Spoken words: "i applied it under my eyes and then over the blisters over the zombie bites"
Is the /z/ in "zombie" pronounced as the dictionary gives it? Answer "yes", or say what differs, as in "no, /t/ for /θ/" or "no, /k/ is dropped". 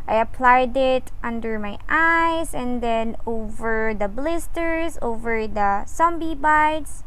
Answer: no, /s/ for /z/